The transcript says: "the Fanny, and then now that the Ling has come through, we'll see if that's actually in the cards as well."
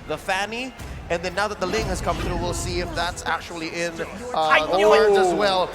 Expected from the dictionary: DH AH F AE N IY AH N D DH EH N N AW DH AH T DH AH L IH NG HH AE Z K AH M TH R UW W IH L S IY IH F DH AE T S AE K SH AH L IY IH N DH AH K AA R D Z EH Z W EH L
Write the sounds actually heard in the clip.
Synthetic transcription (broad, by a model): DH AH F AE N IY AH N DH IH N N AW DH AH T DH AH L IH NG HH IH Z K AH M TH R UW W IH L S IY IH F DH AE T S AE K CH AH L IY IH N DH AH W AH R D AH Z W EH L